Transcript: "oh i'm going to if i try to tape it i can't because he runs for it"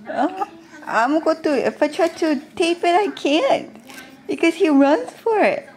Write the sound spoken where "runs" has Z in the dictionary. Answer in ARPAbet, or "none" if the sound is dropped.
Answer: S